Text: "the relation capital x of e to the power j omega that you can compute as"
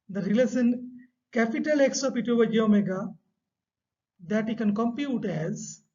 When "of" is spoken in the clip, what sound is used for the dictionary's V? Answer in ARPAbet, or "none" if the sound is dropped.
P